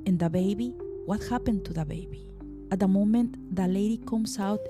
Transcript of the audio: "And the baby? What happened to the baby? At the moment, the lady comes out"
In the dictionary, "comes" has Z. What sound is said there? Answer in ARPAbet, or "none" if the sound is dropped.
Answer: S